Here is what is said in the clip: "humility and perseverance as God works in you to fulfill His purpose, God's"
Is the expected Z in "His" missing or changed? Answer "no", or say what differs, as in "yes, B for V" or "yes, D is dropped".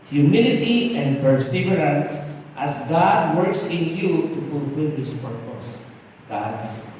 yes, S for Z